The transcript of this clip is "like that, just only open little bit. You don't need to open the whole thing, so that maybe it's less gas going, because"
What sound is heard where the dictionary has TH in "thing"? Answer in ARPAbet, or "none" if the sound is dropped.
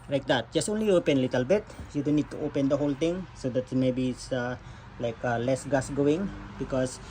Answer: T